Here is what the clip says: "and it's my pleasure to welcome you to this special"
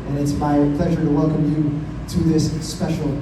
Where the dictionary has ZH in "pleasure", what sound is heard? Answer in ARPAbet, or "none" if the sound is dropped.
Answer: ZH